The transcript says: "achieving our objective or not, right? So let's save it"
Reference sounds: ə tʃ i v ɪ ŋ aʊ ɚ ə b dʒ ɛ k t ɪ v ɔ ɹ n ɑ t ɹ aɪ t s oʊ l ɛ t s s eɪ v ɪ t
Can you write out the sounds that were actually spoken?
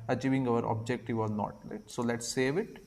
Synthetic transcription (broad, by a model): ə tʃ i v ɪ ŋ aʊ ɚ ə b dʒ ɛ k t ɪ v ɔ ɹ n ɑ t l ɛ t s oʊ l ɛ t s s eɪ v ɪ t